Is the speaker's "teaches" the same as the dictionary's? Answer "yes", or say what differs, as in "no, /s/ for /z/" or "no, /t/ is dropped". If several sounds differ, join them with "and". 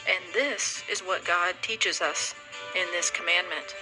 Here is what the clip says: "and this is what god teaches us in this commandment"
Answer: yes